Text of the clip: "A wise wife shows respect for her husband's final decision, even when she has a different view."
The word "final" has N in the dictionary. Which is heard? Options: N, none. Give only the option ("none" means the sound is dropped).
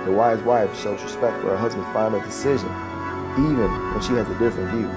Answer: none